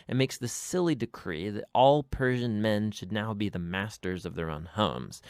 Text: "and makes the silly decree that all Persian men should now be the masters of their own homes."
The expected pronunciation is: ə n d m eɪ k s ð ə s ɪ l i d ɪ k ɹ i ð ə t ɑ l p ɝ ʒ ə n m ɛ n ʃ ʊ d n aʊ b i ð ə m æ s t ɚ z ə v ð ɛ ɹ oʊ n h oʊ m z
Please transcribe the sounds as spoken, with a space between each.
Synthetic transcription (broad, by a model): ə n m eɪ k s ð ə s ɪ l i d ɪ k ɹ i ð ə t ɑ l p ɝ ʒ ə n m ɛ n ʃ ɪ d n aʊ b i ð ə m æ s t ɚ z ə v ð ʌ ɹ oʊ n h oʊ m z